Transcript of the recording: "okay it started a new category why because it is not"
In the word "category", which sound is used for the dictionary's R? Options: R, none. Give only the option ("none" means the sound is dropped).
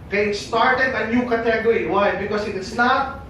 none